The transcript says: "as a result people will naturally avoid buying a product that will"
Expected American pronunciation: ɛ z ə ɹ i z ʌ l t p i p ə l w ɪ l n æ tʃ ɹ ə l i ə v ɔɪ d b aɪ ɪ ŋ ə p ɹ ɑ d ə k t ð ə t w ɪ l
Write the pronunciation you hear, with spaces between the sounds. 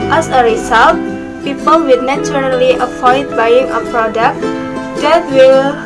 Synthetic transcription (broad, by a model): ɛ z ə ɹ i s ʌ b p i p ə l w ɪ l n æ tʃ ɹ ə l i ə f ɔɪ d b aɪ ɪ ŋ ə p ɹ ɑ d ə k t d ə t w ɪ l